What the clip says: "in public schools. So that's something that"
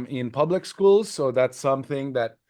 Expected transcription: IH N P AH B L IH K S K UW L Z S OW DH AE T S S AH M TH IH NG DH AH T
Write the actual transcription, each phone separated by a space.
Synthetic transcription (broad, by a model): IH N P AH B L IH K S K UW L Z S OW DH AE T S S AH M TH IH NG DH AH T